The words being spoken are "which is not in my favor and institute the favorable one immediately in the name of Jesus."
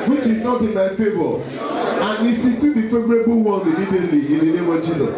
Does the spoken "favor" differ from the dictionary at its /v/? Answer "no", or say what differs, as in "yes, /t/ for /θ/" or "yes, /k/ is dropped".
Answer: yes, /b/ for /v/